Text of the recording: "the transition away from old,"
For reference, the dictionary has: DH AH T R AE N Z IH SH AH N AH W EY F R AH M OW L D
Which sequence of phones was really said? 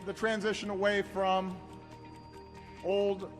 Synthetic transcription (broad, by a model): DH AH T R AE N Z IH SH AH N AH W EY F R AH M OW L D